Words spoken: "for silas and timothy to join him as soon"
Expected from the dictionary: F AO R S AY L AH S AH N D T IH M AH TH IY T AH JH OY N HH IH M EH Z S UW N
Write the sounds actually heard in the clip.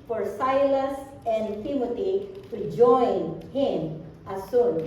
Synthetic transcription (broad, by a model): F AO R S AY L AH S AH N D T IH M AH T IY T AH JH OY N HH IH M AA S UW N